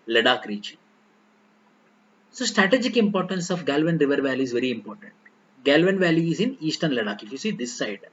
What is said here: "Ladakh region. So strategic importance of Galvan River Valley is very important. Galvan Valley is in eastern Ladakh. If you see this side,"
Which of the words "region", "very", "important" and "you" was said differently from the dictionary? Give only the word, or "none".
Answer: region